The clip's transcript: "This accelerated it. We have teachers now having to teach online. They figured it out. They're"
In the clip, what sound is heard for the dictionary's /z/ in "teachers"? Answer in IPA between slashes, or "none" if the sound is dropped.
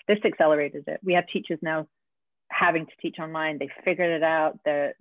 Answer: /z/